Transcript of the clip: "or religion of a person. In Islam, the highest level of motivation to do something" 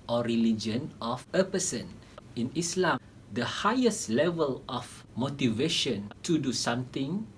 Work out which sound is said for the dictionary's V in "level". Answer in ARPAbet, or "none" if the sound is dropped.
V